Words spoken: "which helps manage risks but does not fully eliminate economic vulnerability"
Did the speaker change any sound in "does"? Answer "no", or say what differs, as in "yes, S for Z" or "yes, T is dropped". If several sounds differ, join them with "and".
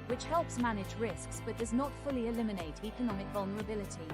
no